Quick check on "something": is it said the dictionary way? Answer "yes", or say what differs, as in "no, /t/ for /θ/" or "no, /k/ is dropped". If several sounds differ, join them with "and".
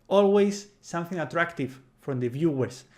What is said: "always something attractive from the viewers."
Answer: yes